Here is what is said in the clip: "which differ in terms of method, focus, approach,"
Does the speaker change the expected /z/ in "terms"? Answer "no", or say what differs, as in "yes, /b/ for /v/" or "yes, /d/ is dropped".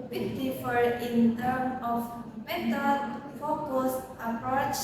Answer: yes, /z/ is dropped